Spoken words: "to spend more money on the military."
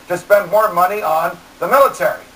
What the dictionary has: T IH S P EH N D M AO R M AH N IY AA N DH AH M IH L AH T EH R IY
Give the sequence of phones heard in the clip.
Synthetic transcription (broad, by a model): T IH S P EH N D M AO R M AH N IY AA N DH AH M IH L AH T EH R IY